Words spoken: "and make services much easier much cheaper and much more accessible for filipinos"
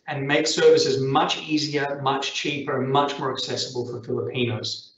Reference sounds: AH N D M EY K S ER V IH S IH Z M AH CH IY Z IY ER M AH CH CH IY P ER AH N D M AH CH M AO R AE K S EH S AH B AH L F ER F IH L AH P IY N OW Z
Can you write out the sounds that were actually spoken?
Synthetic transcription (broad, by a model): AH N M EY K S ER V IH S IH Z M AH CH IY Z IY ER M AH CH CH IY P ER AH N M AH CH M AO R AE K S EH S AH B AH L F ER F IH L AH P IY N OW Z